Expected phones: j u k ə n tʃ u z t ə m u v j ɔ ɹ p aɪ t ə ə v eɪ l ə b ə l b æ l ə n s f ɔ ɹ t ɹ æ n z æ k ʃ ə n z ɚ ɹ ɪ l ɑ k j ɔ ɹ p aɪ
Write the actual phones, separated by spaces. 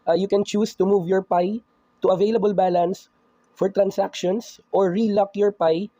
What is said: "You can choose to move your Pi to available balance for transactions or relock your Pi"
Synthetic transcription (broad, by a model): j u k ə n tʃ u s t ə m u v j ɔ ɹ p aɪ t ə ə v eɪ l ə b ə l b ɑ l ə n s f ɔ ɹ t ɹ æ n s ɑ k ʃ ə n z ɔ ɹ ɪ l ɑ k j ɔ ɹ p aɪ